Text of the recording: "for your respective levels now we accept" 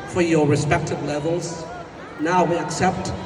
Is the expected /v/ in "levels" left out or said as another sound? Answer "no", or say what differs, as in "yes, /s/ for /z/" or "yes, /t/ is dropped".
no